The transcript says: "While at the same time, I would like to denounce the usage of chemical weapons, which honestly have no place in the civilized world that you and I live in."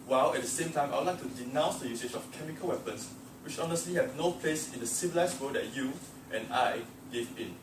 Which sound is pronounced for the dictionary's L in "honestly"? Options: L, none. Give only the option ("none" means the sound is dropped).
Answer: L